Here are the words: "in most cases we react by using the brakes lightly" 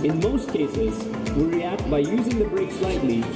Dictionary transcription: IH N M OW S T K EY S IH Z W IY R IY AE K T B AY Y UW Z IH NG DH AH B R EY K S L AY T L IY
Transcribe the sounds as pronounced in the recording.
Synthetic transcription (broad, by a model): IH N M OW S T K EY S IH Z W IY R IY AE K T B AY Y UW Z IH NG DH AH B R EY K S L AY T L IY